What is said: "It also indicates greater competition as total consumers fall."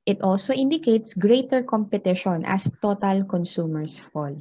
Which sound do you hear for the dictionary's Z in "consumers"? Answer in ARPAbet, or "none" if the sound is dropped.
S